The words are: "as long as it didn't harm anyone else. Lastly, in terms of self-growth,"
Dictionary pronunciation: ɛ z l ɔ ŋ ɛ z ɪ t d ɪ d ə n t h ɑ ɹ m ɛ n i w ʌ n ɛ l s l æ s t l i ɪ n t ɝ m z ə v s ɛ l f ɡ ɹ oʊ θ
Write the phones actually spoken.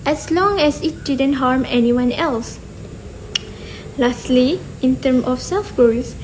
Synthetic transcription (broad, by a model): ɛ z l ɔ ŋ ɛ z ɪ t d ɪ d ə n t h ɑ ɹ m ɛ n i w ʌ n ɛ l s l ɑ s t l i ɪ n t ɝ m ə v s ɛ l f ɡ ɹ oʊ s